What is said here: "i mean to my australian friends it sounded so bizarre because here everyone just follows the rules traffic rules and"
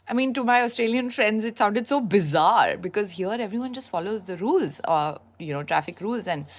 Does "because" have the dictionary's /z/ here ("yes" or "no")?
yes